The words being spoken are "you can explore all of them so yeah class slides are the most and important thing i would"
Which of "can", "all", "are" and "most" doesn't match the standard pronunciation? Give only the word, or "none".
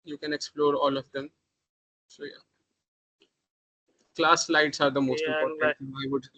none